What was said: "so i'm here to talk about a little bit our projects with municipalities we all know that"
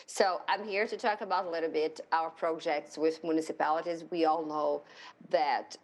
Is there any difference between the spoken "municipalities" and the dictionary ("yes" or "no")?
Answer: no